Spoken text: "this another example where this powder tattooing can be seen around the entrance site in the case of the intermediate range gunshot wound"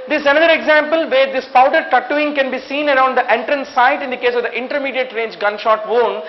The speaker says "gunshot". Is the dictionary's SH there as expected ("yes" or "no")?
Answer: yes